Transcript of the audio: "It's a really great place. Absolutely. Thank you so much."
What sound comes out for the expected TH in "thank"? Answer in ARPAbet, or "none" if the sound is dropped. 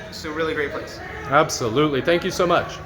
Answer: TH